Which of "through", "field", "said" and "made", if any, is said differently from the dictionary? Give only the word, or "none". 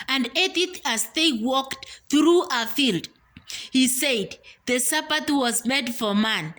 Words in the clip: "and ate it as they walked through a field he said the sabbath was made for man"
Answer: none